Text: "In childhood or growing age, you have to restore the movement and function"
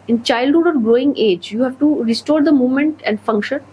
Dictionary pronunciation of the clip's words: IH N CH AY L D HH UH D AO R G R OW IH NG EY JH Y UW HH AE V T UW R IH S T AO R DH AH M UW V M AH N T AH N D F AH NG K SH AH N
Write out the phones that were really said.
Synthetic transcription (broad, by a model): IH N CH AY L D HH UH D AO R G R OW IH NG EY JH Y UW HH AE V T UW R IH S T AO R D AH M UW V M AH N T AH N D F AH NG K SH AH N